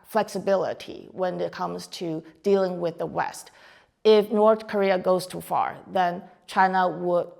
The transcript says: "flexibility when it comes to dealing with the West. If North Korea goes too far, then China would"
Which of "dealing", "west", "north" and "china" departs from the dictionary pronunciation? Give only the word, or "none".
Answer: none